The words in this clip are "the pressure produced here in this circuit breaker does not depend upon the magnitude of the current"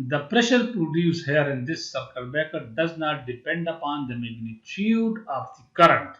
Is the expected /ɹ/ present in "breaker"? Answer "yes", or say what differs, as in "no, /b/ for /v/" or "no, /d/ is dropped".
no, /ɹ/ is dropped